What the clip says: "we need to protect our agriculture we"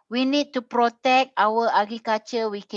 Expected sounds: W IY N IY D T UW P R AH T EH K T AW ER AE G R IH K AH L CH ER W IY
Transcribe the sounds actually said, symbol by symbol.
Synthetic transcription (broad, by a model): W IY N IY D T UW P R AH T EH K T AW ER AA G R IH K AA CH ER W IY